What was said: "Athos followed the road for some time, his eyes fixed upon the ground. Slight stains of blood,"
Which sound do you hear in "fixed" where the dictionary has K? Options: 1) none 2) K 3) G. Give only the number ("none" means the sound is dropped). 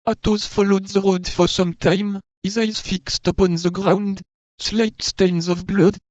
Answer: 2